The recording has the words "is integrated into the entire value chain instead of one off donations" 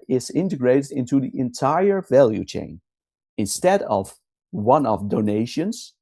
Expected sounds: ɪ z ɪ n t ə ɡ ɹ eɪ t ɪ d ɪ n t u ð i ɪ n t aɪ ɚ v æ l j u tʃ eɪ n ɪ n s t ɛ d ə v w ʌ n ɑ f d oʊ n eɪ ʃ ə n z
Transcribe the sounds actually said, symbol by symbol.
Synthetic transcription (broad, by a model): ɪ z ɪ n t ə ɡ ɹ eɪ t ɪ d ɪ n t u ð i ɪ n t aɪ ɚ v æ l j u tʃ eɪ n ɪ n s t ɛ d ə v w ʌ n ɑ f d oʊ n eɪ ʃ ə n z